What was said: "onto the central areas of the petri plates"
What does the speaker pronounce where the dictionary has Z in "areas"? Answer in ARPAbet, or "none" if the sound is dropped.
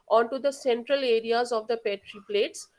Z